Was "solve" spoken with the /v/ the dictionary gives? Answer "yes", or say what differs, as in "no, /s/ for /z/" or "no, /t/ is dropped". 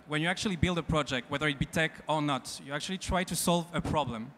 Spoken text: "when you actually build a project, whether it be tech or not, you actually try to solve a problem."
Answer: yes